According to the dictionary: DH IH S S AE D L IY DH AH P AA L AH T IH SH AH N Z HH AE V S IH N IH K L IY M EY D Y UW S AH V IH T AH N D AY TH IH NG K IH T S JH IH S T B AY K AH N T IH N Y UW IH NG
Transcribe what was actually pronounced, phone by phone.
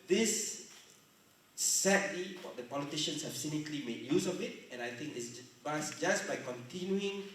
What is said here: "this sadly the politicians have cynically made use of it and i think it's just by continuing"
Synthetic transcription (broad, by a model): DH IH S S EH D W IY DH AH P AA L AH T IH SH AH N S HH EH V S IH N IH K L IY M EY D Y UW S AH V IH T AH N AY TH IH NG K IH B S JH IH S B AY K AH N T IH N Y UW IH NG